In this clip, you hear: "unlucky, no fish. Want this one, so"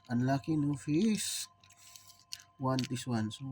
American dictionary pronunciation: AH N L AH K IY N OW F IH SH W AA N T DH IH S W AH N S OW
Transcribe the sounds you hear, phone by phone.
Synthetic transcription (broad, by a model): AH N L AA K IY N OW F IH S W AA N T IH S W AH N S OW